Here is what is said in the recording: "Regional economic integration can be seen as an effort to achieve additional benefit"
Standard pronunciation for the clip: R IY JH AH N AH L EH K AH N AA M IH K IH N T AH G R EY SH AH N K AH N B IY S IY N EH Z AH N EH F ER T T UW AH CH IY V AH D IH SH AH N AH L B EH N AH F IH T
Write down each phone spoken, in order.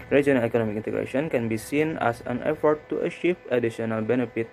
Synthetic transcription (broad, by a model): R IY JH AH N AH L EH K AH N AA M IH K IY N T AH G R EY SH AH N K AH N B IY S IY N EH S AH N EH F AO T T UW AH SH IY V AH D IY S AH N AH L B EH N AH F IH T